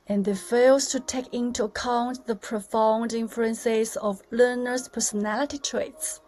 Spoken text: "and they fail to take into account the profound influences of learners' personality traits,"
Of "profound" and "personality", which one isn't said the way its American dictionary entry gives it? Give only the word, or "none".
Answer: none